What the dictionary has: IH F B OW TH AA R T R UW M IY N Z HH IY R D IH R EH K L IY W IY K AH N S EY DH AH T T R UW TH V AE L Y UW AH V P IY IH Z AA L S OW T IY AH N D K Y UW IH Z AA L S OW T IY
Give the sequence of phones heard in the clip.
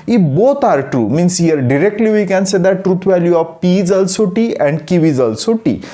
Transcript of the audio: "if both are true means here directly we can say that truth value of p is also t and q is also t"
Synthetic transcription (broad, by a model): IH B OW T AA R T R UW M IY N S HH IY R D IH R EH K L IY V IY K AH N S EY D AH T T R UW T V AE L Y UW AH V P IY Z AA L S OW T IY AH N D K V IH Z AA L S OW T IY